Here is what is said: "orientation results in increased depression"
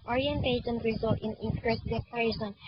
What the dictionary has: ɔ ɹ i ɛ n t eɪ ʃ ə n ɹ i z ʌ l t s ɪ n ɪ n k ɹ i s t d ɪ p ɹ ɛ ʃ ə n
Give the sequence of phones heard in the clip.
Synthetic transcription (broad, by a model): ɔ ɹ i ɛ n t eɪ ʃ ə n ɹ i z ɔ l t ɪ n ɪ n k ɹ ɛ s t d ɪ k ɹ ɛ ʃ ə n